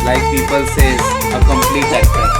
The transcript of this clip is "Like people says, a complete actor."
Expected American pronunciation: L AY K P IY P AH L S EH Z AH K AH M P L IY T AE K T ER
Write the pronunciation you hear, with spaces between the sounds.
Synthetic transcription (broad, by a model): L AY K P IY P AH L S EH AH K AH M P L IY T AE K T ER